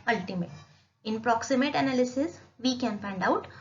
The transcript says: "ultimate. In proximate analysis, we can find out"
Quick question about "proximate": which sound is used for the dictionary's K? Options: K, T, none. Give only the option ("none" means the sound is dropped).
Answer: K